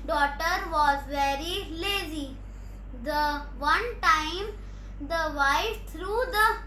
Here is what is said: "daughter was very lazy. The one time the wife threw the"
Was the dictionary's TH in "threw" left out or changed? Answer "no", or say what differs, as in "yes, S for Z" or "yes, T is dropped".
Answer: yes, T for TH